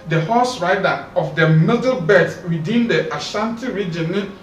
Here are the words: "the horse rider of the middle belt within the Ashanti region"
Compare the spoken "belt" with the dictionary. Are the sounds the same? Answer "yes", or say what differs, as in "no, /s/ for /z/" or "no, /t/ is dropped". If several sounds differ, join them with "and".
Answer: no, /l/ is dropped